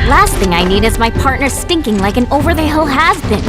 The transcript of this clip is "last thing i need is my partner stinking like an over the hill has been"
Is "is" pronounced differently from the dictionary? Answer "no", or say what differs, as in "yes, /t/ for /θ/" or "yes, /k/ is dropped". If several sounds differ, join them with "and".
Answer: no